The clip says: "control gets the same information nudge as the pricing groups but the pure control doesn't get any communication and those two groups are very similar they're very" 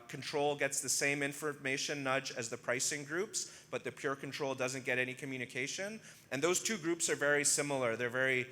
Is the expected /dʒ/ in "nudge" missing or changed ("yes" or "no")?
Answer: no